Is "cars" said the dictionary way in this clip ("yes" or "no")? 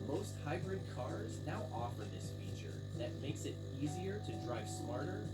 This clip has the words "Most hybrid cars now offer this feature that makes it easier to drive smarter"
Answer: yes